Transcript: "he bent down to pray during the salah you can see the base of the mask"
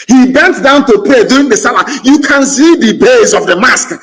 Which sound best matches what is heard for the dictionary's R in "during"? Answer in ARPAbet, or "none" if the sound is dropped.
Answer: none